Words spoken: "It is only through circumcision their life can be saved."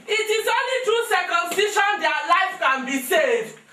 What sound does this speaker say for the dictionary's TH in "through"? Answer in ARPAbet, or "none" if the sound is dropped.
T